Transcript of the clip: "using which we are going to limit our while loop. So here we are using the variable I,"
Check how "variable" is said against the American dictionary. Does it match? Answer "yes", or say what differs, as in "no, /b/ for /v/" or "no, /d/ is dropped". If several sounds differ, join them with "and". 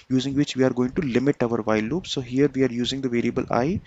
yes